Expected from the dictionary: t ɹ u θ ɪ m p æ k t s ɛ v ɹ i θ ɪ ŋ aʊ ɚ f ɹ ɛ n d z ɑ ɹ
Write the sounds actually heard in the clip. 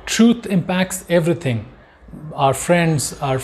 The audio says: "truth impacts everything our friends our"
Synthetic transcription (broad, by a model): t ɹ u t ɪ m p æ k t s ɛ v ɹ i t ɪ ŋ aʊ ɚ f ɹ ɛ n d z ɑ ɹ